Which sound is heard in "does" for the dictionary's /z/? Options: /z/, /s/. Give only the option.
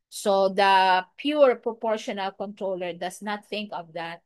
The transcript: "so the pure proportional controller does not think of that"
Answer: /s/